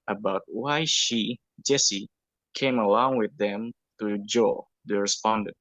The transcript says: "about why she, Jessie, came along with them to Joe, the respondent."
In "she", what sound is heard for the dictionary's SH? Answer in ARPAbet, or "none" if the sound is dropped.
SH